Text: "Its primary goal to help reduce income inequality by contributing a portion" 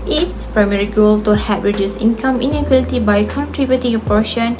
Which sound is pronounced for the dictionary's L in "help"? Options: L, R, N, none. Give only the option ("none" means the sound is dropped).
none